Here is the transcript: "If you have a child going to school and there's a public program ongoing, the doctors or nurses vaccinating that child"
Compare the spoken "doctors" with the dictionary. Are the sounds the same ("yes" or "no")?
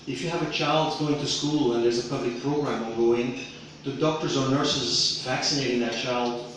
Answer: yes